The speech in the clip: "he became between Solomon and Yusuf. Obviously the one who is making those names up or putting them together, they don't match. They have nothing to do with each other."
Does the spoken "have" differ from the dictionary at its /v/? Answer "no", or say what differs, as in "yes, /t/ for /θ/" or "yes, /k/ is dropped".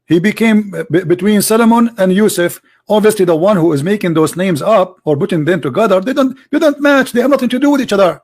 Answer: no